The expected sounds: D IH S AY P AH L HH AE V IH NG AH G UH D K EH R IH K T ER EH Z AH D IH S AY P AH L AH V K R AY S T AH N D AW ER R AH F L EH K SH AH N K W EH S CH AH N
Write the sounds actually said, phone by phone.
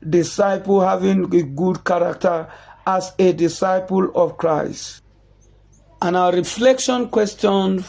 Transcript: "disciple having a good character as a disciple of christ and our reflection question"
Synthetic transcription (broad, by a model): D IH S AY P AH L HH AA V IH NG AH G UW D K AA R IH K T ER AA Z AH D IH S AY P AH L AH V K R AY S T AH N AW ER R AH F L EH K SH AH N K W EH S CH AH N